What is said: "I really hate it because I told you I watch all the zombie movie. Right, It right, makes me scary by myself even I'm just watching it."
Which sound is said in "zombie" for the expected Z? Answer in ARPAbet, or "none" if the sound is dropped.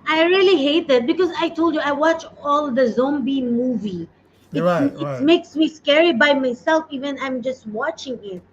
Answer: Z